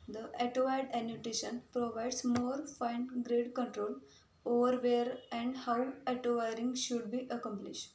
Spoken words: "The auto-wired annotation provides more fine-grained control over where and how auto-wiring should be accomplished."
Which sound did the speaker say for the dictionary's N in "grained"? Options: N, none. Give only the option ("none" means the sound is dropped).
none